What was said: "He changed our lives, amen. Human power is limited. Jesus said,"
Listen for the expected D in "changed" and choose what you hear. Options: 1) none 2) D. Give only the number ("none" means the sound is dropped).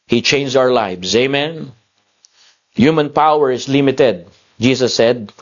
1